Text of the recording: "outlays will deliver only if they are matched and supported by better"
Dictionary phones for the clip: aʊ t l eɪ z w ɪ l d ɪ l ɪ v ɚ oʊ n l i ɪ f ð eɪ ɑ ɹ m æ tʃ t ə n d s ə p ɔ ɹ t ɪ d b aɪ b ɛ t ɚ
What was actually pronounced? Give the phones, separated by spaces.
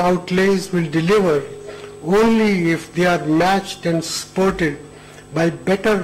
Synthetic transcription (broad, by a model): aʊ t l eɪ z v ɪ l d ɪ l ɪ v ɚ oʊ n l i ɪ f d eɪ ɑ ɹ m æ tʃ t ə n d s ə p ɔ ɹ t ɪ d b aɪ b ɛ t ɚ